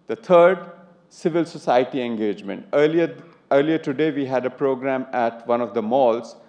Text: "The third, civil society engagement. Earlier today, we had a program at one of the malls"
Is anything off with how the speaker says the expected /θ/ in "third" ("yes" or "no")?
yes